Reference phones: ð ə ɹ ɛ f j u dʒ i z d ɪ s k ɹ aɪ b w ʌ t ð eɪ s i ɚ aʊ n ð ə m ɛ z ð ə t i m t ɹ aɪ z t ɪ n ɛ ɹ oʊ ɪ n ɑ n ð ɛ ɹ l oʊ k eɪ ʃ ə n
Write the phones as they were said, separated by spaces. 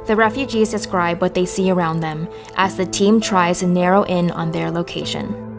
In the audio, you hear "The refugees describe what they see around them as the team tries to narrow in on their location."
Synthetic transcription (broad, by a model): ð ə ɹ ɛ f j u dʒ i z d ɪ s k ɹ aɪ b w ʌ t ð eɪ s i ɚ aʊ n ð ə m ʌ z ð ə t i m t ɹ aɪ z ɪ n ɛ ɹ oʊ ɪ n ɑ n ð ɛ ɹ l oʊ k eɪ ʃ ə n